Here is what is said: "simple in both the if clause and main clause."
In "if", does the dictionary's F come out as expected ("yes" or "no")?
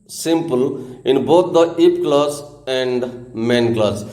no